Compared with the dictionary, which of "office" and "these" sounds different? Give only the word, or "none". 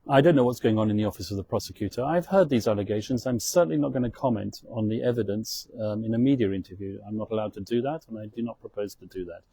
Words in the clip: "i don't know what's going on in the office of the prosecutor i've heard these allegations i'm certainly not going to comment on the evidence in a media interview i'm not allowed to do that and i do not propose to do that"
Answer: none